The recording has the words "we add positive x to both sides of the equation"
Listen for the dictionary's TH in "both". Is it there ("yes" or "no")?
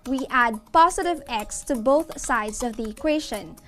yes